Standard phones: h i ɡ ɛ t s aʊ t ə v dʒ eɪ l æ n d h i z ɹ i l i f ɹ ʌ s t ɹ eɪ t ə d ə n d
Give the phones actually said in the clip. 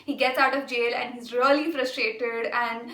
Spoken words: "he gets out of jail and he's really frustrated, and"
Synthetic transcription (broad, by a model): h i ɡ ɛ t s aʊ t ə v dʒ eɪ l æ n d h i z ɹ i l i f ɹ ʌ s t ɹ eɪ t ə d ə n d